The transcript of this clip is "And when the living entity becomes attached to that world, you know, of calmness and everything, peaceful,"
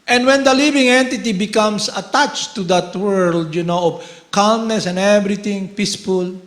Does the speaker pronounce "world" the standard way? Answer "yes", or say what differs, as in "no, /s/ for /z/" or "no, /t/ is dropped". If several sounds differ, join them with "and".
yes